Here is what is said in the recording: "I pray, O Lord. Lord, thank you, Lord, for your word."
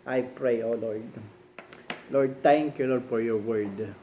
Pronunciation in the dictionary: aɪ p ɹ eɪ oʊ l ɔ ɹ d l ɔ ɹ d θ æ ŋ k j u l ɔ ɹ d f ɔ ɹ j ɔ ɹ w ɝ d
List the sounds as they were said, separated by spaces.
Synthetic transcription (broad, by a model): aɪ p ɹ eɪ oʊ l ɔ ɹ d l ɔ ɹ d t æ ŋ k j u l ɔ ɹ d f ɔ ɹ j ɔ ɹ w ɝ d